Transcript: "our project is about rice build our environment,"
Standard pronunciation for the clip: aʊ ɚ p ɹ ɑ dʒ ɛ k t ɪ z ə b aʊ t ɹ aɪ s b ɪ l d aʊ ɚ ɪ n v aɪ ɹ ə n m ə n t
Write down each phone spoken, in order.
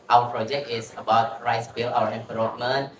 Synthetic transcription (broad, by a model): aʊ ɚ p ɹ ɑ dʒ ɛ k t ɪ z ə b aʊ t ɹ aɪ s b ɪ l aʊ ɚ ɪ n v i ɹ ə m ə n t